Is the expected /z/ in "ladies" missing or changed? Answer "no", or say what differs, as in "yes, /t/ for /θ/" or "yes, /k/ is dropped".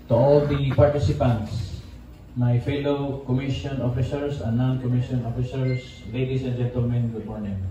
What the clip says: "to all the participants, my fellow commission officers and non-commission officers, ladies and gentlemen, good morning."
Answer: yes, /s/ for /z/